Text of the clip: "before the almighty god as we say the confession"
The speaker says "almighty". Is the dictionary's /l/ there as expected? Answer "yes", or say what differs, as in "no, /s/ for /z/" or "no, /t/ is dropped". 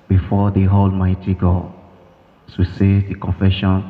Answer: yes